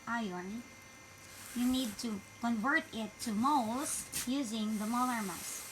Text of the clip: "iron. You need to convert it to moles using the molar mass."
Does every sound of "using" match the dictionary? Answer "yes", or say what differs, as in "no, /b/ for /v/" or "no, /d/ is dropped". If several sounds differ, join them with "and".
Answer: yes